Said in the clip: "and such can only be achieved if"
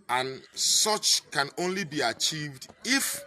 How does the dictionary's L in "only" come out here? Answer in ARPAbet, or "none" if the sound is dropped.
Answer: L